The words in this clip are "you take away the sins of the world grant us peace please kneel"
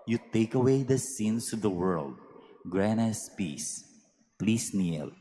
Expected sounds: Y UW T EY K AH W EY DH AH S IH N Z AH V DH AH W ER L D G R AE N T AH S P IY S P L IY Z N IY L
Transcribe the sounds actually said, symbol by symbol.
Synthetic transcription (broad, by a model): Y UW T EY K AH W EY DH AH S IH N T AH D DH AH W ER L D G R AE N AH S P IY S P L IY S N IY L